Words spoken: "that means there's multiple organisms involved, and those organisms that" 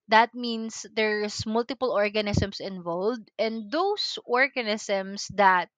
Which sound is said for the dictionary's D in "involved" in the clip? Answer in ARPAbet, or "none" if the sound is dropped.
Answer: D